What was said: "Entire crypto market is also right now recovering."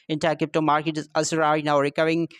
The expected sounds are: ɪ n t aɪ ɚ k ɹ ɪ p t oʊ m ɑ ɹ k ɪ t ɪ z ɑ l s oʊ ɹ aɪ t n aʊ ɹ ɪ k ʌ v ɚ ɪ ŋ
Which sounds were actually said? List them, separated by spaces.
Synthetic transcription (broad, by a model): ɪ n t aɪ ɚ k ɪ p t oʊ m ɑ ɹ k ɪ t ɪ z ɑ s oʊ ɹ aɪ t n aʊ ɹ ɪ k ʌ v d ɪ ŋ